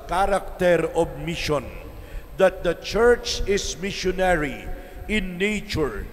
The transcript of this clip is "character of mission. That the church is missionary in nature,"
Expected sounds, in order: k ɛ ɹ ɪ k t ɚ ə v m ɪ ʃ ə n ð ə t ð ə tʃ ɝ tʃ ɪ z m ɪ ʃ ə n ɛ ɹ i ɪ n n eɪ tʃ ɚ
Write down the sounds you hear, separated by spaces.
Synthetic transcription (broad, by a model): k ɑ ɹ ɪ k t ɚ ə b m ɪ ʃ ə n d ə t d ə tʃ ɝ tʃ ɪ s m ɪ ʃ ə n ɛ ɹ i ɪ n n eɪ tʃ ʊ